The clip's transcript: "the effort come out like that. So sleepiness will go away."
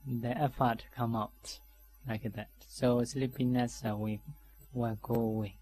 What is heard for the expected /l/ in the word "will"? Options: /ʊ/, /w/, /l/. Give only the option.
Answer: /w/